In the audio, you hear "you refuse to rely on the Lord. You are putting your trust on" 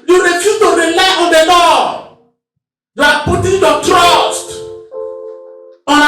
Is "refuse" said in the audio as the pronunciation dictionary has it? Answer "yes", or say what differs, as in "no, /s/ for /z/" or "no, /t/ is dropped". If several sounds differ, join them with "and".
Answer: no, /z/ is dropped